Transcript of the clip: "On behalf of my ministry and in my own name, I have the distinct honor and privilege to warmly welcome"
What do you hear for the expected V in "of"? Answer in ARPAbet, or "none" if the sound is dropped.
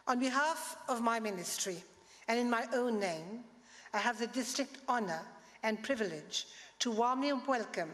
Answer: V